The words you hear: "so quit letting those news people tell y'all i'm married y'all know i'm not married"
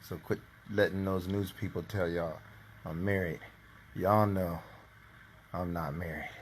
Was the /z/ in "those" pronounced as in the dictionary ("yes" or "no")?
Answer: yes